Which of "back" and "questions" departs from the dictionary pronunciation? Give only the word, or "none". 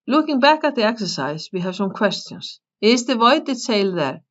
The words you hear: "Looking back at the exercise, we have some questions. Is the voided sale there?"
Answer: questions